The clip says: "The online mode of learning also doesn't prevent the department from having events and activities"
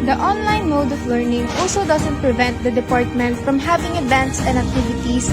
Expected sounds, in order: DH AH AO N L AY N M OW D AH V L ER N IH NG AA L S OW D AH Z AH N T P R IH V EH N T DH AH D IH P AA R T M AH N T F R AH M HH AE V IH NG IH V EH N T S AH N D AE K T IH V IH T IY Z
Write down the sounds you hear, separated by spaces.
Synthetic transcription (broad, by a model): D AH AO N L AY N M OW D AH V L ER N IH NG AA L S OW D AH S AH N T P R IH V EH N T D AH D IH P AA R T M AH N T F R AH M HH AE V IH NG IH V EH N T S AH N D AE K T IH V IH T IY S